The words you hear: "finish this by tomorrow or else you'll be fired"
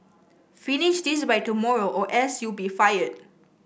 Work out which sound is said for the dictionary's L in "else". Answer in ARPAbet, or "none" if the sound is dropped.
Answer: none